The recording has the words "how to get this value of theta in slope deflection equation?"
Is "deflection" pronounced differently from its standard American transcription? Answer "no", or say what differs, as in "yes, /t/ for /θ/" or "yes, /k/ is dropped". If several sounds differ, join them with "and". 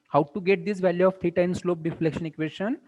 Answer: no